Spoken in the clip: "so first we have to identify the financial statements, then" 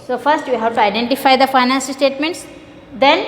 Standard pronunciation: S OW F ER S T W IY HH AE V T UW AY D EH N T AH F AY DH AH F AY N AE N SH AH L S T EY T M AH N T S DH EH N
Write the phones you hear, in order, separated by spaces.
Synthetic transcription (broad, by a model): S OW F ER S T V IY HH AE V T UW AY D EH N T AH F AY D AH F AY N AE N S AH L S T EY T M AH N T S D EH N